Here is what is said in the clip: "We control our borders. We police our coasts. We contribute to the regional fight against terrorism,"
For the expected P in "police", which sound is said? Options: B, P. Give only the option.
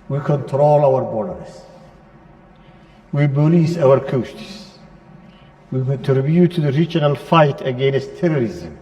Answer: B